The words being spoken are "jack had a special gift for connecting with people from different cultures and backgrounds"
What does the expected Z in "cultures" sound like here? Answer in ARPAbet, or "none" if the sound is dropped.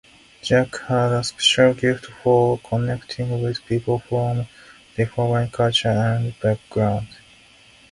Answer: none